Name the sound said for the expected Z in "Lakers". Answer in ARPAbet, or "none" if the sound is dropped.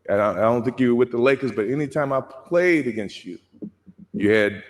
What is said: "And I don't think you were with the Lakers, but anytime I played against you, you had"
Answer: S